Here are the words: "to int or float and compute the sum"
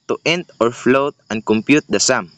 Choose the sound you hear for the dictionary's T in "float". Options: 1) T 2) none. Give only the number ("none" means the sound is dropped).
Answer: 1